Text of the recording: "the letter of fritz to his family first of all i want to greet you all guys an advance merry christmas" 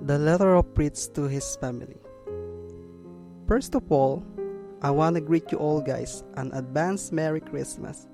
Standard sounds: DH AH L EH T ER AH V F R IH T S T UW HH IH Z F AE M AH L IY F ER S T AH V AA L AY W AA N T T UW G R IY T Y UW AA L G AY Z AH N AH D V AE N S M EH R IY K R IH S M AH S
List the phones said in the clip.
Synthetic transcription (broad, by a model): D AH L EH T ER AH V P R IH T S T UW HH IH S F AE M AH L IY F ER S T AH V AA L AY W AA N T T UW G R IY T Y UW AA L G AY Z AH N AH D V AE N S M EH R IY K R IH S M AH S